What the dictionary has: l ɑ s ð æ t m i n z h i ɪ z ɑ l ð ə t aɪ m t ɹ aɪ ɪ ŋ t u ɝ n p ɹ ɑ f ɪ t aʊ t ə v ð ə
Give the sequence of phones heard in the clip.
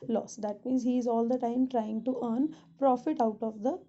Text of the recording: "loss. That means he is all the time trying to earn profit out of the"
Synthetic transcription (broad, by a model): l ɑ s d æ t m i n z h i ɪ z ɑ l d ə t aɪ m t ɹ aɪ ɪ ŋ t u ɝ n p ɹ ɑ f ɪ t aʊ t ə v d ə